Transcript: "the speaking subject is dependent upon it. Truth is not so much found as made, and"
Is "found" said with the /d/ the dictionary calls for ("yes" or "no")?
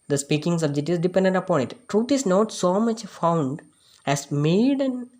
yes